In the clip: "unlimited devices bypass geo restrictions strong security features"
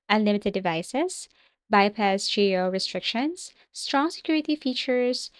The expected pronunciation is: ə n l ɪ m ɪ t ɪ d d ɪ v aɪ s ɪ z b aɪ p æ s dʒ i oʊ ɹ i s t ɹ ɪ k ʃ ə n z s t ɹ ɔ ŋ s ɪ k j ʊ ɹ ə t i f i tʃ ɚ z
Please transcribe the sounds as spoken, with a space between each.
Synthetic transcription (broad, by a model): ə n l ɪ m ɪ t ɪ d d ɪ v aɪ s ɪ s b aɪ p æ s dʒ i oʊ ɹ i s t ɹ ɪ k ʃ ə n s t ɹ ɔ ŋ s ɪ k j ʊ ɹ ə t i f i tʃ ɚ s